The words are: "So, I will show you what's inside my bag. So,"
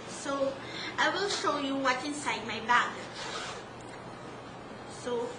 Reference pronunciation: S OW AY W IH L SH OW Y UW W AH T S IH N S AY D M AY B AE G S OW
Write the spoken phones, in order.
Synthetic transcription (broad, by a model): S OW AY W IH L SH OW Y UW W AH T IH N S AY D M AY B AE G S OW